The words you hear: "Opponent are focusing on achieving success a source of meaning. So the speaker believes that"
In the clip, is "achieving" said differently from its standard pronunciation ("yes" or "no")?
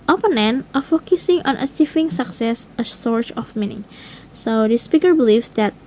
yes